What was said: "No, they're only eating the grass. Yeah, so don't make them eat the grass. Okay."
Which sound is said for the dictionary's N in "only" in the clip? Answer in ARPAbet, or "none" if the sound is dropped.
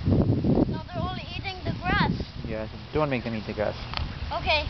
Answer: none